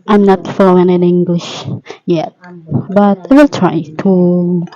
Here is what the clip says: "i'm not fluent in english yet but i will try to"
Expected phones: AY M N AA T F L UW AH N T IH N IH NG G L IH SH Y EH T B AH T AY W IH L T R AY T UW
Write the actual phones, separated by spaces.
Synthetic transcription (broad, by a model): AY M N AA T F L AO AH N IH N IH NG G L IH SH Y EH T B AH T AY W IH L T R AY T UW